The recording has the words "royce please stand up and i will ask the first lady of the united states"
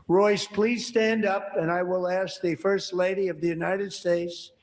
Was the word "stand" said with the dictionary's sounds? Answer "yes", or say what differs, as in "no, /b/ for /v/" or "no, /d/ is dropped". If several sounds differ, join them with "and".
yes